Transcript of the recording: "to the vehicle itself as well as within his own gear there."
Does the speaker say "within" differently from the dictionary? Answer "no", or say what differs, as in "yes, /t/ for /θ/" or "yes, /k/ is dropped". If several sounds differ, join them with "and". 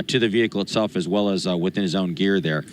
no